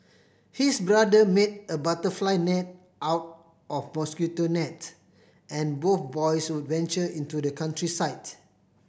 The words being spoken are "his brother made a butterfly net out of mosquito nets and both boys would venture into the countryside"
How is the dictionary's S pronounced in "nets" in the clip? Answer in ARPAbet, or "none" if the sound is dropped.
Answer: none